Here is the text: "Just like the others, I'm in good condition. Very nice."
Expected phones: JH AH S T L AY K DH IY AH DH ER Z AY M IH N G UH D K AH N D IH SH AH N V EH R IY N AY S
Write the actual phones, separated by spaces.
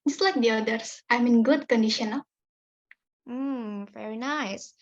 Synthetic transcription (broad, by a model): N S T L AY K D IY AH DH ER S AY M IH N G UH D K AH N D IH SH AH N V EH R IY N AY S